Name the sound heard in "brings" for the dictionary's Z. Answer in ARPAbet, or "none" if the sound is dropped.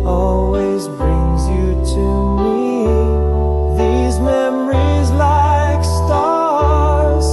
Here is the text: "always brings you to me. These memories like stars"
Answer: Z